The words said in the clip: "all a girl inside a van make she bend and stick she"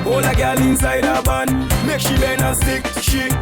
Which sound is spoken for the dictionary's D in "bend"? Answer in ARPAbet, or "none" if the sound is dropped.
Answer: none